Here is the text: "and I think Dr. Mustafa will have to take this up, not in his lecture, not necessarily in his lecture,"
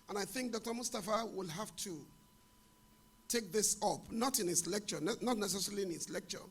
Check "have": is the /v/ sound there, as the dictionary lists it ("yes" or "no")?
no